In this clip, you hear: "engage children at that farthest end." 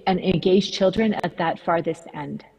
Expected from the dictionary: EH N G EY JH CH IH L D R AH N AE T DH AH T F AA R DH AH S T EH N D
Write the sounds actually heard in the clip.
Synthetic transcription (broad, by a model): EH N G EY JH CH IH L D R AH N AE T DH AH T F AA R DH AH S T EH N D